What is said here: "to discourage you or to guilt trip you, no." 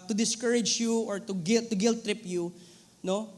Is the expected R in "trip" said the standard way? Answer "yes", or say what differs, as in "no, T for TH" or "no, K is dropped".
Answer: yes